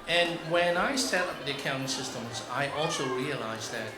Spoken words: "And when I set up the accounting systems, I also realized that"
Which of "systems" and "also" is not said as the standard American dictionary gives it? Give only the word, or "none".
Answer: none